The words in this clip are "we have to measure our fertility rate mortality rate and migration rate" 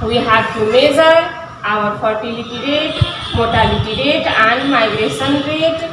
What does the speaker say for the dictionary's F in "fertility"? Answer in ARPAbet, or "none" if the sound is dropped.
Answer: P